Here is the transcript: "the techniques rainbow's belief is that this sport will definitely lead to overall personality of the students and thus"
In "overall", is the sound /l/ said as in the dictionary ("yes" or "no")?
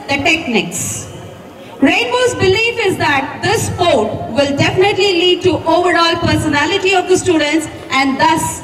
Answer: yes